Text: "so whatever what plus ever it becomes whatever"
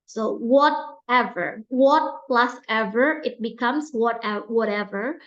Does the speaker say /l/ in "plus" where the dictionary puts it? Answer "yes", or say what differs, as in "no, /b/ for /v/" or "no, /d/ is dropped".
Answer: yes